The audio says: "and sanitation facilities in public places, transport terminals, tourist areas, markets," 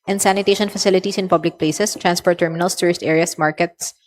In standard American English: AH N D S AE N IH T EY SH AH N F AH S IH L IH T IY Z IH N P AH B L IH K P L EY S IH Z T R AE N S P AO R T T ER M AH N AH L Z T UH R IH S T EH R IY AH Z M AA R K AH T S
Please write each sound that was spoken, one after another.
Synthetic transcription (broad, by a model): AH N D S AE N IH T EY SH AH N F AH S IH L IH T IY S IH N P AH B L IH K P L EY S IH S T R AE N S P AO R T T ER M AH N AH L S T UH R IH S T EH R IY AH S M AA R K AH T S